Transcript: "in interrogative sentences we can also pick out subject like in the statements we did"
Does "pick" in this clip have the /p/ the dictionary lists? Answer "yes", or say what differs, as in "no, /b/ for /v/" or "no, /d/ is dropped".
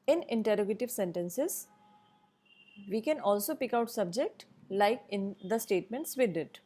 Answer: yes